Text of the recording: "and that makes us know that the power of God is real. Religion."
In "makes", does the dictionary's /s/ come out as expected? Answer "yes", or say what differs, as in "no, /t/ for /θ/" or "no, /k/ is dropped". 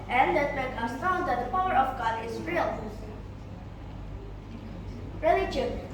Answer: no, /s/ is dropped